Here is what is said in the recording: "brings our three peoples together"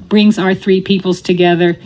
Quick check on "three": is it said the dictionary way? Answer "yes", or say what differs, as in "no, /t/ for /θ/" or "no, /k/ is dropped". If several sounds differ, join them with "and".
yes